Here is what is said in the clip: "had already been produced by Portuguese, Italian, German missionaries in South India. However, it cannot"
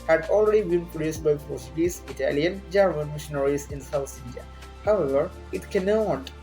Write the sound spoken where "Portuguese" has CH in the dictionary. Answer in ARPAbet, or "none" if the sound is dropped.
none